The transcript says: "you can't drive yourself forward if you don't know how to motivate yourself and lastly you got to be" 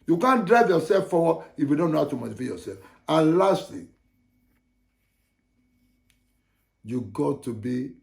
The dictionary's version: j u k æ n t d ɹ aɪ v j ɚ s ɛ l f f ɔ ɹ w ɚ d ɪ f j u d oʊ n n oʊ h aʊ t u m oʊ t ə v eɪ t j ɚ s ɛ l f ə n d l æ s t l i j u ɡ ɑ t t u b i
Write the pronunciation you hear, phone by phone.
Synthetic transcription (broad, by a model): j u k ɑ n d ɹ aɪ v j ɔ s ɛ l f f ɔ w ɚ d ɪ f j u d oʊ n n oʊ h aʊ t u m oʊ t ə f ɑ j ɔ s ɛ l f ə n l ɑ s t l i j u ɡ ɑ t t u b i